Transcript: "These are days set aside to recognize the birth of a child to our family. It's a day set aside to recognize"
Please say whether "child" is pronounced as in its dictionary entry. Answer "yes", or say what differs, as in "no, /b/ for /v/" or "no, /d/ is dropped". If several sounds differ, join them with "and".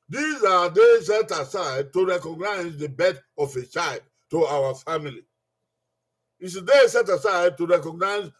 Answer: yes